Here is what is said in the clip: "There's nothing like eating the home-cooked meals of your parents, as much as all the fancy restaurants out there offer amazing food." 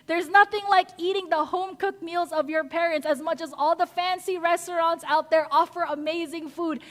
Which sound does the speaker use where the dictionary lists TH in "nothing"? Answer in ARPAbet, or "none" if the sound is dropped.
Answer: TH